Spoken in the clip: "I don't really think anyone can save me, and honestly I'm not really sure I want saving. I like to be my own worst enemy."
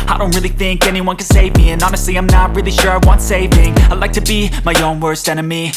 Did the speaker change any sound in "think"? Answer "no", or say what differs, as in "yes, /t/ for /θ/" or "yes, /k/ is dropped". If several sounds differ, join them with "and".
no